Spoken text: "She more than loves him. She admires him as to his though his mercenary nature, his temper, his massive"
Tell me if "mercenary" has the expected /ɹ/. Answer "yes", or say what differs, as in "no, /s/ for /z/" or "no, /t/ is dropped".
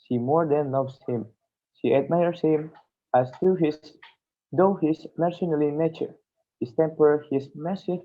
no, /l/ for /ɹ/